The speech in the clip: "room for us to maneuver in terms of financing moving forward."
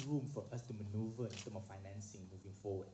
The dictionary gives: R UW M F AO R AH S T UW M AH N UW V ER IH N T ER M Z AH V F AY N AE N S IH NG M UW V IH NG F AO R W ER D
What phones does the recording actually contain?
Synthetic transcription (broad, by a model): R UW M F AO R AH S T UW M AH N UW V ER IH N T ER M AH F AY N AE N S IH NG M UW V IH NG F AO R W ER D